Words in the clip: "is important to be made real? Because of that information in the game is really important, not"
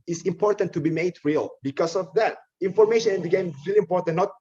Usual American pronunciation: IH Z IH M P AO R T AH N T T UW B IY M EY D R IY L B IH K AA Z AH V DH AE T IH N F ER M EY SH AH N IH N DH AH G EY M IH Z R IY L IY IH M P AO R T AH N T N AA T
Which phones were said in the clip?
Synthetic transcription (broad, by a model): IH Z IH M P AO R T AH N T T UW B IY M EY D R IY L B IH K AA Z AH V DH AE T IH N F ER M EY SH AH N IH N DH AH G EY M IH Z R IY L IY M P AO R T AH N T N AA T